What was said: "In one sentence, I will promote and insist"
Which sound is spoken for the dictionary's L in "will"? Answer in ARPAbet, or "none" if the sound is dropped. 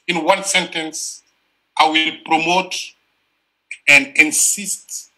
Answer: L